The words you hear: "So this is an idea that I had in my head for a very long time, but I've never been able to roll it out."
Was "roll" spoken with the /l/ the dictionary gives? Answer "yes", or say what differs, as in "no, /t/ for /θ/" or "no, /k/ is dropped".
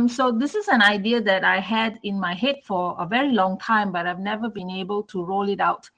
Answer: yes